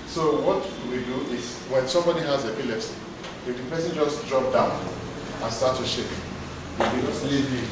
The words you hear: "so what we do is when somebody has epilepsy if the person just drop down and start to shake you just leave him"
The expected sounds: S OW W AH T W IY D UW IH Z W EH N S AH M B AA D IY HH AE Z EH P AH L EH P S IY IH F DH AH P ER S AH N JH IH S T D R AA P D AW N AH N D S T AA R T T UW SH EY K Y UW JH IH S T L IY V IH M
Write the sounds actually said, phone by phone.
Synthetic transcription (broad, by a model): S OW W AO T W IY D UW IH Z W EH N S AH M B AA D IY HH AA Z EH P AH L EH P S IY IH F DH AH P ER S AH N JH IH S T D R AA P D AW N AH N S T AA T T UW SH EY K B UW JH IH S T L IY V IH